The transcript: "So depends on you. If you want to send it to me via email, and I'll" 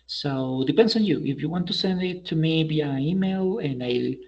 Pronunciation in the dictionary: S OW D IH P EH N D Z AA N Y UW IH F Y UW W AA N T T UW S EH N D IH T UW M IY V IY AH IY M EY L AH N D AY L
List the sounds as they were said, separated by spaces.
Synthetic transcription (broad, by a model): S OW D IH P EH N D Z AA N Y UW IH F Y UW W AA N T T UW S EH N D IH T UW M IY B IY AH IY M EY L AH N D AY